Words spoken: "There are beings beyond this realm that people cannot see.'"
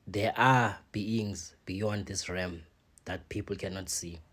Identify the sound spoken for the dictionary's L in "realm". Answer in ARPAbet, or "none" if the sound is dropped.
none